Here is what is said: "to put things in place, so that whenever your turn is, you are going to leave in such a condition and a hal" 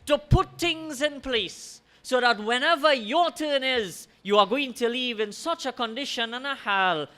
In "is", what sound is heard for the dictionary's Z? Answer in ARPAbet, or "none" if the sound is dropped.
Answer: Z